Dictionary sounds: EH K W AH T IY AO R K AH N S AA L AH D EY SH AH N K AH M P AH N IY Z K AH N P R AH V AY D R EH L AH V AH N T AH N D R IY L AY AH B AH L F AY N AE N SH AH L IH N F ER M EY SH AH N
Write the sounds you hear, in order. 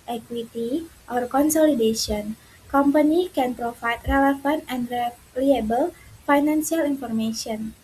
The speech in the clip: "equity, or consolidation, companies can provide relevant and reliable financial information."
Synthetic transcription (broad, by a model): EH K W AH T IY AO R K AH N S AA L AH D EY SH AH N K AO M P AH N IY K AH N P R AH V AY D R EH L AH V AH N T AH N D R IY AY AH B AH L F AY N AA N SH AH L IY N F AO M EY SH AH N